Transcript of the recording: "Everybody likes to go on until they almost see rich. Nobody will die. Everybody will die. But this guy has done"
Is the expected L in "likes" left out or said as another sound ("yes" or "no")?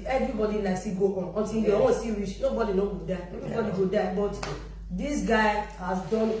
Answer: yes